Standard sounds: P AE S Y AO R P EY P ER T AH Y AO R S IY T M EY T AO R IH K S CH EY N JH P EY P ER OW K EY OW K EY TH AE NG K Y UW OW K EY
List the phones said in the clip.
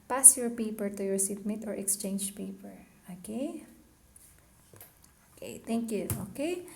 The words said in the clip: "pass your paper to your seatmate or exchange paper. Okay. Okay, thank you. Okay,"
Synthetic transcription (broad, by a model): P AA S Y AO R P EY P ER T AH Y AO R S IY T M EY T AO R IH K S CH EY N JH P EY P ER OW K EY OW K EY T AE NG K Y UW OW K EY